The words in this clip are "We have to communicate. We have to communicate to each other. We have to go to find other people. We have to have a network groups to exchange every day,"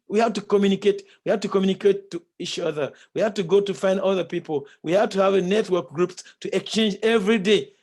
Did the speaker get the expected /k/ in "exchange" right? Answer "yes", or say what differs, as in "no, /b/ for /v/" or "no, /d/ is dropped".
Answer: yes